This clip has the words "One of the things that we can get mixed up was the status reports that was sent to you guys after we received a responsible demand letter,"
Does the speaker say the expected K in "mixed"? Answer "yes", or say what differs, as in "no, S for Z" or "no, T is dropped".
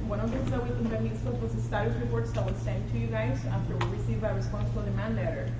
no, K is dropped